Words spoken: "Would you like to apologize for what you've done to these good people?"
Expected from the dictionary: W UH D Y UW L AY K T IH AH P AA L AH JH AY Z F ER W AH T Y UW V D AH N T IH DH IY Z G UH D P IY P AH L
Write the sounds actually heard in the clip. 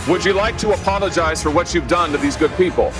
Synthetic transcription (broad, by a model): W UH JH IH L AY K T IH AH P AA L AH JH AY Z F ER W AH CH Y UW V D AH N T IH DH IY Z G UH D P IY P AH L